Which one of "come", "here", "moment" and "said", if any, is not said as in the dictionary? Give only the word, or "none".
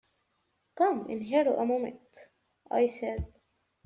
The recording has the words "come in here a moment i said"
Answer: none